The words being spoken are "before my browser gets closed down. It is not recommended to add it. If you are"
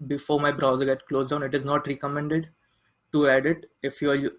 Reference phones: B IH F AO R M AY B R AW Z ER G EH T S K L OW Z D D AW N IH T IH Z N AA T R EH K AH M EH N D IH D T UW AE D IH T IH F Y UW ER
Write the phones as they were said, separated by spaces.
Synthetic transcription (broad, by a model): B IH F AO R M AY B R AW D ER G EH T K L OW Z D D AW N IH T IH Z N AA T R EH K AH M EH N D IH D T UW AE D IH T IH F Y UW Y